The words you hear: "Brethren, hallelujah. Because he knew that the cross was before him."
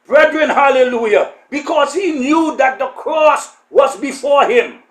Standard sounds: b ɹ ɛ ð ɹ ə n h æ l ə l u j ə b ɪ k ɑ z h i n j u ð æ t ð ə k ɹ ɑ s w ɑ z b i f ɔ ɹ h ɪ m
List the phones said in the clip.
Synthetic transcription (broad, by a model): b ɹ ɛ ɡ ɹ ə n h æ l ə l u j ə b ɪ k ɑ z h i n j u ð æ t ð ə k ɹ ɑ s w ɑ z b i f ɔ ɹ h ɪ m